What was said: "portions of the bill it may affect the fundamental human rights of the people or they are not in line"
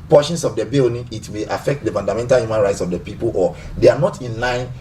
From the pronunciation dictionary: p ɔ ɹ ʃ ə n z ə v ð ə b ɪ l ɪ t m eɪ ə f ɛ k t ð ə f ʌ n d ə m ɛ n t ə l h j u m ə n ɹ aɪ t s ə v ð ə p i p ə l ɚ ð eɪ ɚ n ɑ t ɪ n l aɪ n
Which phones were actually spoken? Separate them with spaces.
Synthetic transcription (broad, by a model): p ɔ ʃ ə n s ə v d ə b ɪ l ɪ t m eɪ ə f ɛ k t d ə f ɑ n d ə m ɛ n t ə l h j u m ə n ɹ aɪ t s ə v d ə p i p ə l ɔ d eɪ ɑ n ɑ t ɪ n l aɪ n